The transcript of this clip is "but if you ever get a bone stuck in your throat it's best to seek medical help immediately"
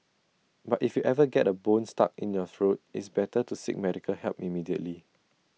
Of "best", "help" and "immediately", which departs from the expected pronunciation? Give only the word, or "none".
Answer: best